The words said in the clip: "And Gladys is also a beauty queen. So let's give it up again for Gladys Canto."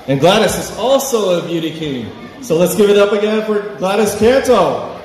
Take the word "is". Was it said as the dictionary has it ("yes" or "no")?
yes